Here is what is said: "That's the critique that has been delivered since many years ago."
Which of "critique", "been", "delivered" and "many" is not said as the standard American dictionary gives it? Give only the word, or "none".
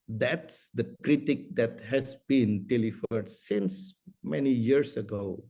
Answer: delivered